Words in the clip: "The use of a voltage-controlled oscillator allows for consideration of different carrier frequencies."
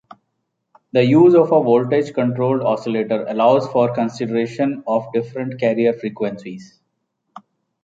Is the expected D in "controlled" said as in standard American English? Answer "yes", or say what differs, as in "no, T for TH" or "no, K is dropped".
yes